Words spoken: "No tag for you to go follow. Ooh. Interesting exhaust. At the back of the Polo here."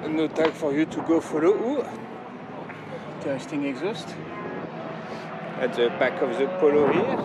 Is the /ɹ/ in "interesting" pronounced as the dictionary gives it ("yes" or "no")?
no